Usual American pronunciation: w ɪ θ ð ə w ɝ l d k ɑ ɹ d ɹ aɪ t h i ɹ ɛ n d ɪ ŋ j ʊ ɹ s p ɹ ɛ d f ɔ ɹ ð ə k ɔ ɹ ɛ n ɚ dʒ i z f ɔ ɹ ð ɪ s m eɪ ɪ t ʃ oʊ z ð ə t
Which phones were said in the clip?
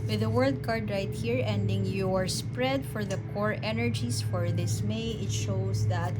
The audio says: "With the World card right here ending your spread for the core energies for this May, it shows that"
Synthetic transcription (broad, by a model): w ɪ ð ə w ɝ l d k ɑ ɹ d ɹ aɪ t h i ɹ ɛ n d ɪ ŋ j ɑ ɹ s p ɹ ɛ d f ɔ ɹ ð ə k ɔ ɹ ɛ n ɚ dʒ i s f ɔ ɹ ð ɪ s m eɪ ɪ t ʃ oʊ s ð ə t